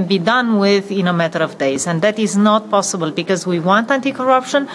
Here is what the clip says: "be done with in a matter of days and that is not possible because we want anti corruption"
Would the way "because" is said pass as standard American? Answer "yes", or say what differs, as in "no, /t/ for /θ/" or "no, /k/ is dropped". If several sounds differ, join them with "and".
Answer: yes